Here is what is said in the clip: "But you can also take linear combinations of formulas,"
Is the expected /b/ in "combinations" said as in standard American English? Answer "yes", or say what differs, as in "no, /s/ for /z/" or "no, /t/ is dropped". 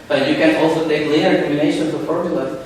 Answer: no, /b/ is dropped